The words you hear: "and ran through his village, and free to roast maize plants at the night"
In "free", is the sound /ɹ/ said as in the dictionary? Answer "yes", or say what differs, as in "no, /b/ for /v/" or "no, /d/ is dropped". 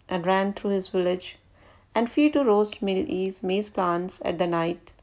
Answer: no, /ɹ/ is dropped